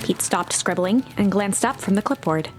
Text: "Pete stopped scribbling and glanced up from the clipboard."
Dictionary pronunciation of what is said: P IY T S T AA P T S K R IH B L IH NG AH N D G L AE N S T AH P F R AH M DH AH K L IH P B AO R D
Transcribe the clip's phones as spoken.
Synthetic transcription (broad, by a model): P IY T S T AA P T S K R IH B L IH NG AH N G L AE N S T AH P F R AH M DH AH K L IH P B AO R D